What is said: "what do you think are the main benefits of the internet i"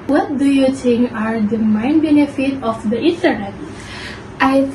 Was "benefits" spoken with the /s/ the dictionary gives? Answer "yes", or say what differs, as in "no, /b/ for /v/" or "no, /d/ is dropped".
no, /s/ is dropped